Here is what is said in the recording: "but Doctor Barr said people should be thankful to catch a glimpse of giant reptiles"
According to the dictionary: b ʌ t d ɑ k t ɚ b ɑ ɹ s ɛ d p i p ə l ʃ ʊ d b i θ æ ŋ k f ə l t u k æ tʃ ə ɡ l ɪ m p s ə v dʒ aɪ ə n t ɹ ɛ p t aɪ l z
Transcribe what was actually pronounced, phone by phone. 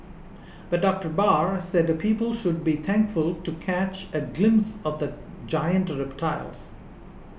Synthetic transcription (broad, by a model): b ʌ t d ɑ k t ɚ b ɑ ɹ s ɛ d p i p ə l ʃ ʊ d b i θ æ ŋ k f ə l t u k æ tʃ ə ɡ l ɪ m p s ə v dʒ aɪ ə n t ɹ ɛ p t aɪ l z